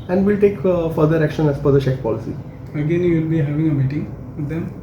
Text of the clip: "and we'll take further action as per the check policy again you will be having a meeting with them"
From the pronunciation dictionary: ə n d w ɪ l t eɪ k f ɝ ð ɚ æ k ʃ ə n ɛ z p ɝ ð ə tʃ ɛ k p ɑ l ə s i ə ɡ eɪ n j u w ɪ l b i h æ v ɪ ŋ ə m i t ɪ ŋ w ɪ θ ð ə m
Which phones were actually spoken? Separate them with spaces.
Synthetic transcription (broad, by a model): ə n d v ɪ l t eɪ k f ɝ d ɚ æ k ʃ ə n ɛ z f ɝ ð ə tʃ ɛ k p ɑ l ə s i ə ɡ eɪ n j u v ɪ l b i h æ v ɪ ŋ ə m i t ɪ ŋ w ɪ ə m